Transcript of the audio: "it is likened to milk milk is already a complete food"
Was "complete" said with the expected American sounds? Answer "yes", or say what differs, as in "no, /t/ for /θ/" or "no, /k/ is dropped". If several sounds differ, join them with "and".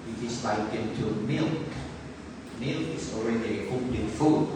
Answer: no, /m/ is dropped